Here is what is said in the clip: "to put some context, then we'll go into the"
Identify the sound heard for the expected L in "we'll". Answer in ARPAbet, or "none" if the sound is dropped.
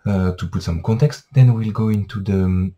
L